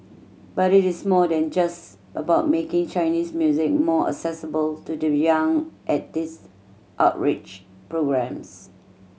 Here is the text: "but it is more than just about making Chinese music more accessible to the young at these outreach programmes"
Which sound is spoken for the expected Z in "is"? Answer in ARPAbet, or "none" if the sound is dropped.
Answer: S